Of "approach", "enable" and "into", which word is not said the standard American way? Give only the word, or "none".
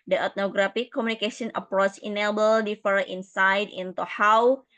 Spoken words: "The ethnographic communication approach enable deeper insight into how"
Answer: approach